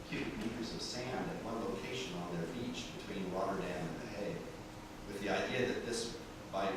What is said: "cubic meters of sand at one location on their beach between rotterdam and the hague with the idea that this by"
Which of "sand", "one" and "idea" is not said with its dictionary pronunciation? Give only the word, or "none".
none